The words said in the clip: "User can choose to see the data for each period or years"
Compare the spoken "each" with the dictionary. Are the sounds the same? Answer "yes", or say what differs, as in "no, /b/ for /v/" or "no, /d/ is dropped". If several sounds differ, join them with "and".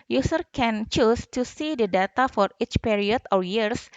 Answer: yes